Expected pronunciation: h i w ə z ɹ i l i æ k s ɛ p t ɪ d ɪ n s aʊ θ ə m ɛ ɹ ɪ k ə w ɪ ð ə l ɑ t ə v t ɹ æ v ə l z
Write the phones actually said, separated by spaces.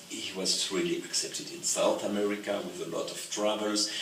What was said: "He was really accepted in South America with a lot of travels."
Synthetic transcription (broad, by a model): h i w ə z ɹ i l i æ k s ɛ p t ɪ d ɪ n s aʊ θ ə m ɛ ɹ ɪ k ə w ɪ ð ə l ɑ t ə v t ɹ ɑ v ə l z